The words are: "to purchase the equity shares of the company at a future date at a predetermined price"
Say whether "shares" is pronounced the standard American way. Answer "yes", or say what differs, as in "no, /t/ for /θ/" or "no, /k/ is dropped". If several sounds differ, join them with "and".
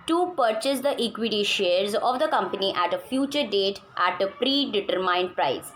yes